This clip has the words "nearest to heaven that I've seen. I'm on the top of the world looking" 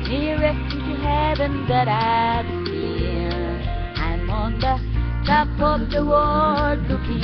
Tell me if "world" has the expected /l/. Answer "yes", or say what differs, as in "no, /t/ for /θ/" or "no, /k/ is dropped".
no, /l/ is dropped